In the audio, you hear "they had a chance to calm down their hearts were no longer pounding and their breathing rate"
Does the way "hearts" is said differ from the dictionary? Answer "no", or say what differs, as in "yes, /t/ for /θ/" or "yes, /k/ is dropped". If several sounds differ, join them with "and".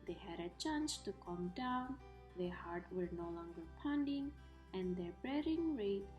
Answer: yes, /s/ is dropped